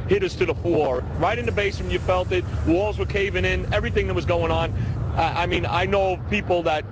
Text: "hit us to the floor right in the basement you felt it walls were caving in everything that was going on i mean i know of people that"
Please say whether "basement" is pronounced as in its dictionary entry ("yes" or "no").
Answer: no